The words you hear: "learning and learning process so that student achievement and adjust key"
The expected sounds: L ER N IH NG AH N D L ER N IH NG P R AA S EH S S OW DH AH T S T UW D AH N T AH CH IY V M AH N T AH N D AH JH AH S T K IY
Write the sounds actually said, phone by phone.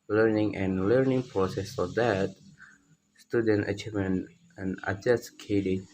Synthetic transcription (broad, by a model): L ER N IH NG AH N L ER N IH NG P R AA S EH S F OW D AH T S T UW D AH N T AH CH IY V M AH N AH N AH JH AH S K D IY